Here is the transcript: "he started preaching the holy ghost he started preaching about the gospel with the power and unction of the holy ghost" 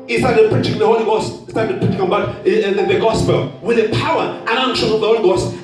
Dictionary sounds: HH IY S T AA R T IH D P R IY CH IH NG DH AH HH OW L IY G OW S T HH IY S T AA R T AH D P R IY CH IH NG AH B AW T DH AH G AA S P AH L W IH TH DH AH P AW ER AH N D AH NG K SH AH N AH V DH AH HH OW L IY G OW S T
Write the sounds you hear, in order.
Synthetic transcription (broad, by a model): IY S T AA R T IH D P R IY CH IH NG DH AH HH OW L IY G OW S T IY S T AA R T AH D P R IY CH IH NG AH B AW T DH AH G AA S P AH L W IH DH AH P AW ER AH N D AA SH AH AH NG DH AH HH OW L IY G OW S T